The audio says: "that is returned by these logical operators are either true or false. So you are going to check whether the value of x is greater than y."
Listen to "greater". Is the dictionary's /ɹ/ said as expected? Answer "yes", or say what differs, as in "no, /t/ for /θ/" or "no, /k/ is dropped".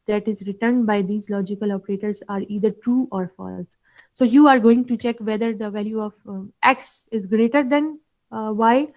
yes